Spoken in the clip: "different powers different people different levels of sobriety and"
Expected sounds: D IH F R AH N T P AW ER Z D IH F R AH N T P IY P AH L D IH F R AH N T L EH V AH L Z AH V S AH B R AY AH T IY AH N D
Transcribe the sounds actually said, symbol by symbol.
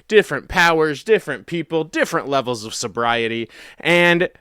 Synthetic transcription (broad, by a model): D IH F R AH N P AW ER Z D IH F R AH N P IY P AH L D IH F R AH N T L EH V L Z AH V S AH B R AY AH T IY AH N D